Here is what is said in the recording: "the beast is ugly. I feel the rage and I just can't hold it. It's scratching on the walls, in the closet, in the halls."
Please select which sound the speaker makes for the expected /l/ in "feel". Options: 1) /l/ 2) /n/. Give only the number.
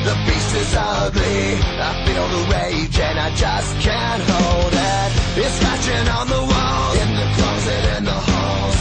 2